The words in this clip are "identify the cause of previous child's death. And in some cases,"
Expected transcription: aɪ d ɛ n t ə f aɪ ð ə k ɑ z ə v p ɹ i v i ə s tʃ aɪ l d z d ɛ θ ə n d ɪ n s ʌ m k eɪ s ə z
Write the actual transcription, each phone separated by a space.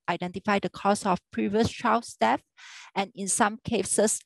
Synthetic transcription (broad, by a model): aɪ d ɛ n t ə f aɪ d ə k ɑ s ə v p ɹ i v i ə s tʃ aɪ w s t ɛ f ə n ɪ n s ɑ m k eɪ s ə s